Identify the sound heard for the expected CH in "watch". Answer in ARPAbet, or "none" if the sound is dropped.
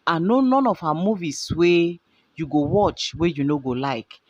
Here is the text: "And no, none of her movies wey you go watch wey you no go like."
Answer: CH